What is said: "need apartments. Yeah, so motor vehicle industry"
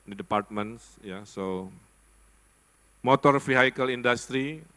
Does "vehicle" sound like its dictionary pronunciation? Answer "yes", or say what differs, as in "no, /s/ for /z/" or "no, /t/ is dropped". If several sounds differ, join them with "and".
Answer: no, /f/ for /v/